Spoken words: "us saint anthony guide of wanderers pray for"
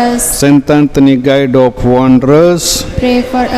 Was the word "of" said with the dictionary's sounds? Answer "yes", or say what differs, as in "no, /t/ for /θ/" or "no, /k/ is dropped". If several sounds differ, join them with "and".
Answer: no, /p/ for /v/